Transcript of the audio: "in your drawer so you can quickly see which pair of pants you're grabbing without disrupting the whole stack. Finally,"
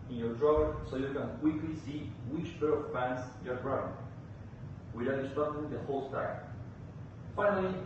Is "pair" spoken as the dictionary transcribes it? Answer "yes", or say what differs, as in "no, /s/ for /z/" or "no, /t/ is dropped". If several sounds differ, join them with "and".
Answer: no, /b/ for /p/